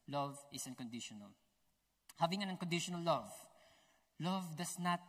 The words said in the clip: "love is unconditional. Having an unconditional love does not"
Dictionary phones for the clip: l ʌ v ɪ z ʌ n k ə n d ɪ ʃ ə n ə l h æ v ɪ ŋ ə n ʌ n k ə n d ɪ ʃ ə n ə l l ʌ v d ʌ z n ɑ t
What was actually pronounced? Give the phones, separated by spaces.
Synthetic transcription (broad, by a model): l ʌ v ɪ s ʌ n k ə n d ɪ ʃ ə n ə l h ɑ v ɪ ŋ ə n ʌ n k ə n d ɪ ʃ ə n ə l l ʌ v d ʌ s n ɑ t